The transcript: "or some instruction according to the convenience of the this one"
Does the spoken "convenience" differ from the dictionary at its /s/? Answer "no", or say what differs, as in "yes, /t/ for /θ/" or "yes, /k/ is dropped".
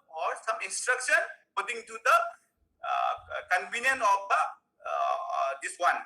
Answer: yes, /s/ is dropped